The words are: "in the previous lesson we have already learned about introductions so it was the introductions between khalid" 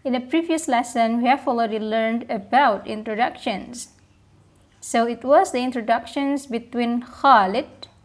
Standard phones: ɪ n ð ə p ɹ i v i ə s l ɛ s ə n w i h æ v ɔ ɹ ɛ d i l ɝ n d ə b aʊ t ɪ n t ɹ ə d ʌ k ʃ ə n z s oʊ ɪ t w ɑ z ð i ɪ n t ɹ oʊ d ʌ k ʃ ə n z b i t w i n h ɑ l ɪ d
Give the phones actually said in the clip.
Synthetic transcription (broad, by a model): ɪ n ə p ɹ i v i ə s l ɛ s ə n w i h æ f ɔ l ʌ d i l ɝ n d ə b aʊ t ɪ n t ɹ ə d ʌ k ʃ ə n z s oʊ ɪ t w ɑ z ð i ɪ n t ɹ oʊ d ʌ k ʃ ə n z b i t w i n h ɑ l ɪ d